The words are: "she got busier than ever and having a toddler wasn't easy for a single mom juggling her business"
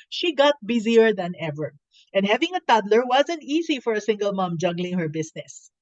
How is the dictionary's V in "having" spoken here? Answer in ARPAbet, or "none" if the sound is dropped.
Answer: V